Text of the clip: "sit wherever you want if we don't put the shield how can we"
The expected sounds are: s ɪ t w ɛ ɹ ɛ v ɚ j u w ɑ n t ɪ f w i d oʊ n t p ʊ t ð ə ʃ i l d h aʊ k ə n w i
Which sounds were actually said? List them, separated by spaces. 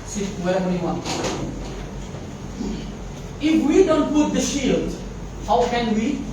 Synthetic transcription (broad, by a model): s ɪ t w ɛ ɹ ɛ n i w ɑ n ɪ f w i d oʊ n t p ʊ t ð ə ʃ i l d h aʊ k ə n w i